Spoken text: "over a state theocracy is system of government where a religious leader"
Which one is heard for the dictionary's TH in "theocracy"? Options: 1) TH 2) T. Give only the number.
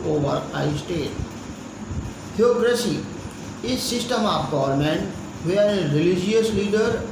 2